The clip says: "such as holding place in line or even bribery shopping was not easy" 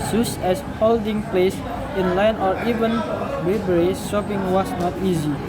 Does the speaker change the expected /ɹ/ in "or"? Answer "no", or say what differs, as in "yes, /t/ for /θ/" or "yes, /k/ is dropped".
no